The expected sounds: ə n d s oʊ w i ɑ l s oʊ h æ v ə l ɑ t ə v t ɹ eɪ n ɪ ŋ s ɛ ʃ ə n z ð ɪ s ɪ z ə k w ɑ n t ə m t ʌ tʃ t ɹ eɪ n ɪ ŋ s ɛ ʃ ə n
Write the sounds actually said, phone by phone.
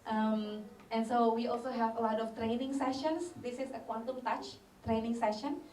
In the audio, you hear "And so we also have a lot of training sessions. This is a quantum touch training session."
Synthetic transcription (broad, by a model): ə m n s oʊ w i ɑ l s oʊ h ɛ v ə l ɑ t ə f t ɹ eɪ n ɪ ŋ s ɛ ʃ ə n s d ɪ s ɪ s ə k w ɑ n t ə m t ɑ tʃ t ɹ eɪ n ɪ ŋ s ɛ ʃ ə n